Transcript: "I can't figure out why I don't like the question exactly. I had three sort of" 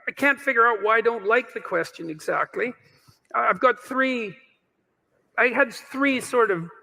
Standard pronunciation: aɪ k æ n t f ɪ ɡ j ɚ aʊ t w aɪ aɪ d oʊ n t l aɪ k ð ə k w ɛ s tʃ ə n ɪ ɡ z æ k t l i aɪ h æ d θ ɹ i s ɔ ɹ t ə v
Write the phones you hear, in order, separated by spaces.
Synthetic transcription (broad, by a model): aɪ k æ n t f ɪ ɡ j ɚ aʊ t w aɪ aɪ d oʊ n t l aɪ k ð ə k w ɛ s tʃ ə n ɪ ɡ z æ k t l i aɪ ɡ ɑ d θ ɹ i s ɔ ɹ t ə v